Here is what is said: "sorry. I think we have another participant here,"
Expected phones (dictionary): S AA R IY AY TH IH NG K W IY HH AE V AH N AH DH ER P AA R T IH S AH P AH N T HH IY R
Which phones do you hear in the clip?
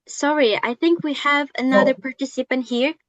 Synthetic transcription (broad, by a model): S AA R IY AY TH IH NG K W IY HH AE V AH N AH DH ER P AA R T IH S AH P AH N T HH IY R